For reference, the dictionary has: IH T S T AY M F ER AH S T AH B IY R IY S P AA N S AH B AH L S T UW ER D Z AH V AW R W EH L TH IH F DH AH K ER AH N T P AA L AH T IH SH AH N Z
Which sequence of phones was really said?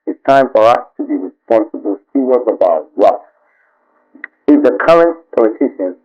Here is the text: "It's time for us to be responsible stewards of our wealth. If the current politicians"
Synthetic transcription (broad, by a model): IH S T AY M F ER AH S T AH B IY R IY S P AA N S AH B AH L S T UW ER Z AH B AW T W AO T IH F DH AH K ER AH N T P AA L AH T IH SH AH N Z